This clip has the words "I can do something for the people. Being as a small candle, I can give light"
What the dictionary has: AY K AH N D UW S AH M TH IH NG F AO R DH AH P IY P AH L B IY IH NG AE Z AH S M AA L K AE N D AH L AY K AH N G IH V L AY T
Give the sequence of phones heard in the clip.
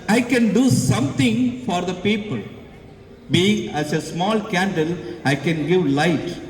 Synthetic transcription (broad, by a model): AY K AH N D UW S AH M T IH NG F AO R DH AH P IY P AH L B IY IH NG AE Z AH S M AA L K AE N D AH L AY K AH N G IH V L AY T